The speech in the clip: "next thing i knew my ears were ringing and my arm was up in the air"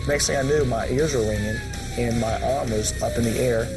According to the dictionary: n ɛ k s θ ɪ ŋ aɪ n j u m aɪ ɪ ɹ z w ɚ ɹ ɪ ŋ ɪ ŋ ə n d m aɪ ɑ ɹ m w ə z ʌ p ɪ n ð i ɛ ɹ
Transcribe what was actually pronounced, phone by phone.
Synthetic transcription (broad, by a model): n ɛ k s t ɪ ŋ aɪ n j u m aɪ ɪ ɹ z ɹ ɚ l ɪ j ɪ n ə n m aɪ ɑ ɹ m w ə z ʌ p ɪ n ð i ɛ ɹ